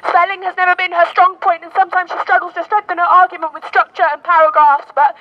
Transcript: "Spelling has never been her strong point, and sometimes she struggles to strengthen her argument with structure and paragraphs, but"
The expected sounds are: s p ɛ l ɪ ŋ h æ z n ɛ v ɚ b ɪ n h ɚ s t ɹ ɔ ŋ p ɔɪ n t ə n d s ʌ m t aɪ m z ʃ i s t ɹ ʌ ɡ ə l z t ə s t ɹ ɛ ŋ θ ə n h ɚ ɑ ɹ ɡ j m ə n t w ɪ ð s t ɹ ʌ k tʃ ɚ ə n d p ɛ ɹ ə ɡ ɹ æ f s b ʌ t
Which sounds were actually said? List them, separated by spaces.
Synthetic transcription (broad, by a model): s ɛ l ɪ ŋ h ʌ z n ɛ v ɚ b ɪ n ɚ s t ɹ ɔ ŋ p ɔɪ n t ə n s ʌ m t aɪ m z ʃ i s t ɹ ʌ ɡ l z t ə s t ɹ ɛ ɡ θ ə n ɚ ɑ ɹ ɡ j m ə n t w ɪ ð s t ɹ ʌ k tʃ ɚ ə n p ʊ ɹ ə ɡ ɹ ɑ s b ʌ t